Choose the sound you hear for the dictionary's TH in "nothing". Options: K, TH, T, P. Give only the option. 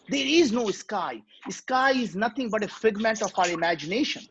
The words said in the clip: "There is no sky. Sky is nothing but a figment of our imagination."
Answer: T